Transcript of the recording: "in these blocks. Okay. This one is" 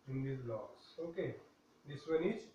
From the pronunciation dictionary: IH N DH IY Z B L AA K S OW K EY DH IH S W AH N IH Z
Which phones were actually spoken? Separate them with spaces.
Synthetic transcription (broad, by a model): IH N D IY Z L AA S OW K EY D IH S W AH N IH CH